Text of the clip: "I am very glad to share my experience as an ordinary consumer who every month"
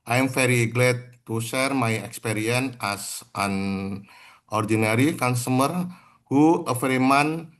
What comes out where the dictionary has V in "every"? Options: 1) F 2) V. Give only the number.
1